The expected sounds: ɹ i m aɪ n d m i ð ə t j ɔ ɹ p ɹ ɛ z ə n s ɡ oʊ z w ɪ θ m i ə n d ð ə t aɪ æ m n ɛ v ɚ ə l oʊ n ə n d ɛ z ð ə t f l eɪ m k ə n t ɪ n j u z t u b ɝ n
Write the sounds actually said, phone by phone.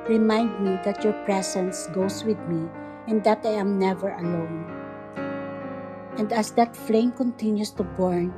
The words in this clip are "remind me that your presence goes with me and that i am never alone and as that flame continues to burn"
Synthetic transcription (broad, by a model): ɹ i m aɪ n d m i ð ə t j ɔ ɹ p ɹ ɛ s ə n s ɡ oʊ s w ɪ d m i ə n d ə t aɪ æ m n ɛ v ɚ ə l oʊ n ə n d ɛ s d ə t f l eɪ m k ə n t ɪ n j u s t u b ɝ n